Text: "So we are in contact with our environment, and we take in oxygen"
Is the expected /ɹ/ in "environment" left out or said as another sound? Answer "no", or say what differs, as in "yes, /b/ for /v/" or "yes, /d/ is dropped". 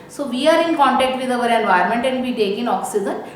yes, /ɹ/ is dropped